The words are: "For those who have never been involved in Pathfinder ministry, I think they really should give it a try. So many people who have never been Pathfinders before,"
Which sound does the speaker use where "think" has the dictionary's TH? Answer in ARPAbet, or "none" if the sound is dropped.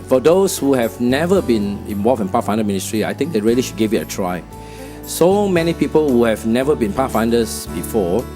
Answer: T